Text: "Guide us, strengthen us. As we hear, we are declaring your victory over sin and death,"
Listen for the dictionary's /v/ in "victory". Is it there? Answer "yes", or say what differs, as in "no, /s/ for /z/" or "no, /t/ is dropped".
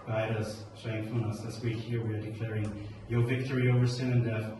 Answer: yes